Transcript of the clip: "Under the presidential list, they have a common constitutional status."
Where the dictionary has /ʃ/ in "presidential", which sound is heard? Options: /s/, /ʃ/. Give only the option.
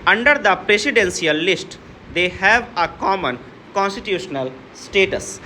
/s/